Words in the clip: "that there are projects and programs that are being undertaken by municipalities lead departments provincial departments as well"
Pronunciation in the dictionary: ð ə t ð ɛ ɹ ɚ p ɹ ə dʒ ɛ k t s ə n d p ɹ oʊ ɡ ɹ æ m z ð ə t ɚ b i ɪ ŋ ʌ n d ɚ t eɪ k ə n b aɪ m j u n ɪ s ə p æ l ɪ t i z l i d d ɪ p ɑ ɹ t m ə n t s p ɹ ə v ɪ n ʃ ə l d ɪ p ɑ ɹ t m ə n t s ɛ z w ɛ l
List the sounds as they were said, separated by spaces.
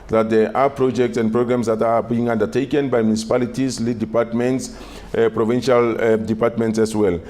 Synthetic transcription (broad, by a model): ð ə t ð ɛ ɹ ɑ p ɹ ə dʒ ɛ k t s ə n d p ɹ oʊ ɡ ɹ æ m s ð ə t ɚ b i ɪ ŋ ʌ n d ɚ t eɪ k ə n b aɪ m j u n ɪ s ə p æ l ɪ t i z l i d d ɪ p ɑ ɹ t m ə n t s p ɹ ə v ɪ n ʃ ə l d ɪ p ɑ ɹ t m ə n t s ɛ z w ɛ l